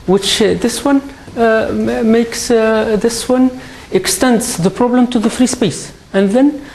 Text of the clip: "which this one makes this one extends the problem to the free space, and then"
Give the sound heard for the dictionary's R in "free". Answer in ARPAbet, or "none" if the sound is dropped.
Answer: R